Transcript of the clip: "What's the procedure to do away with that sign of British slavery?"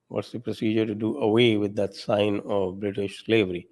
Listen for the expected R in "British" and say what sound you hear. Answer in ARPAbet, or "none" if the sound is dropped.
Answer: R